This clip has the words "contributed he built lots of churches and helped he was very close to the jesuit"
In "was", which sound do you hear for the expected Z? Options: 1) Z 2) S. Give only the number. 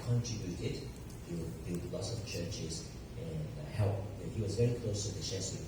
1